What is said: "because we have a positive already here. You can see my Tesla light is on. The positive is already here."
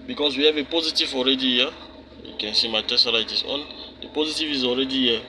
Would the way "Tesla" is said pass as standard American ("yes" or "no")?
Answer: no